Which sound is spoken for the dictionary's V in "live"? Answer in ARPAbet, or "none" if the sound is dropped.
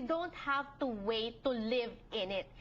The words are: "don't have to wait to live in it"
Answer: V